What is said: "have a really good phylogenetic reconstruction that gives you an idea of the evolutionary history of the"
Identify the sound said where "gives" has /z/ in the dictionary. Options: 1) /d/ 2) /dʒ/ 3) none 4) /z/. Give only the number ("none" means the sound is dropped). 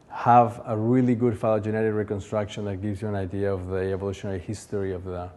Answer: 4